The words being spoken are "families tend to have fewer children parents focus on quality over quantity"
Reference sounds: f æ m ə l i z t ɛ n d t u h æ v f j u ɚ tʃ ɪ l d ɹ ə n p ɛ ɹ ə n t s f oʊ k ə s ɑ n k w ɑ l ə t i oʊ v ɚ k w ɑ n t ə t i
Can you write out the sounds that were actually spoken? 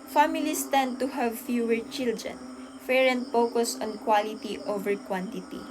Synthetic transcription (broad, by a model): f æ m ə l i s t ɛ n d t u h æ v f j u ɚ tʃ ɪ l d ɹ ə n f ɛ ɹ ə n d f oʊ k ə s ɑ n k w ɑ l ə t i oʊ v ɚ k w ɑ n t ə t i